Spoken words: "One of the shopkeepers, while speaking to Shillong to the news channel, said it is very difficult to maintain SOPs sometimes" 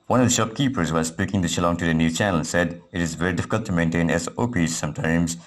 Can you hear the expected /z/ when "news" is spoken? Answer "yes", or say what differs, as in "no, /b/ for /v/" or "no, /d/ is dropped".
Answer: no, /z/ is dropped